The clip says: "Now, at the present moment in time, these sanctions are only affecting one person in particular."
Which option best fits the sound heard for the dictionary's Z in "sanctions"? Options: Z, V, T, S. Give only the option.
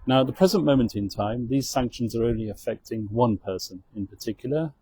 Z